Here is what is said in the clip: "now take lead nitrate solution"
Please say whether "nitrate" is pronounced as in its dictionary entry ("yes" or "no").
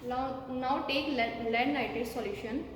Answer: no